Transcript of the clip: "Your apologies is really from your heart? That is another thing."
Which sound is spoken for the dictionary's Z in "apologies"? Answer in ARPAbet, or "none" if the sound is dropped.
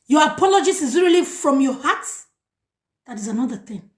S